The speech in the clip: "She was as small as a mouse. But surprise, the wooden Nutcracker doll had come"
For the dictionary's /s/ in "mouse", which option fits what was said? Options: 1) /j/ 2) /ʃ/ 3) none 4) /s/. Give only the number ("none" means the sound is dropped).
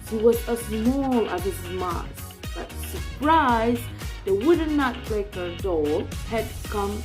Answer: 3